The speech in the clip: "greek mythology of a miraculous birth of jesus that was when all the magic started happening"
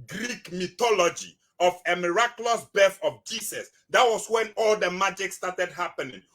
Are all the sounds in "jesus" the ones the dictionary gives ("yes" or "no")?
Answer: no